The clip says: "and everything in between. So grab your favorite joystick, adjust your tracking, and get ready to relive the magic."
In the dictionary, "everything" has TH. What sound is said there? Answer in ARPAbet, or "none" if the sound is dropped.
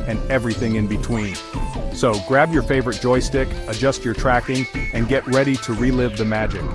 TH